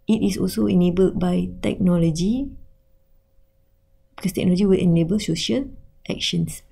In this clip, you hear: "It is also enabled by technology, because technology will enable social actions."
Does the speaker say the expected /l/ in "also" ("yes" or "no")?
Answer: yes